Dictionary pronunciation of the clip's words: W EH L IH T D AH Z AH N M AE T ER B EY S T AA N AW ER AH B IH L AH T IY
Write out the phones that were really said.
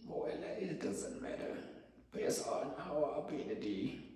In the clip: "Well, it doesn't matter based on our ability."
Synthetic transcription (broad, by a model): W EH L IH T D AH Z AH N M AE T ER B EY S AA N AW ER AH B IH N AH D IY